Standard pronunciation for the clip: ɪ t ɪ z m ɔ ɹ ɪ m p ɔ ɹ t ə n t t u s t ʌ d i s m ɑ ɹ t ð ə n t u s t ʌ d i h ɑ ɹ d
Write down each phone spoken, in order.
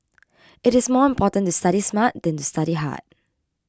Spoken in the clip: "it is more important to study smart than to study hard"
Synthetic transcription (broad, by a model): ɪ t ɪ s m ɔ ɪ m p ɔ t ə n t t u s t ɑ d i s m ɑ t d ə n t u s t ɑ d i h ɑ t